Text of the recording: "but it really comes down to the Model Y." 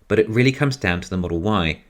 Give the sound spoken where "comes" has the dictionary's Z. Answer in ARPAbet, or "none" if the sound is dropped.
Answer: Z